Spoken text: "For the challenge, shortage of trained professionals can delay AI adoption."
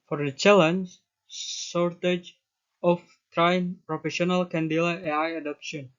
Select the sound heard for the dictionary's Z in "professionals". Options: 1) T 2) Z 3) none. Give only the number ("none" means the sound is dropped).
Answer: 3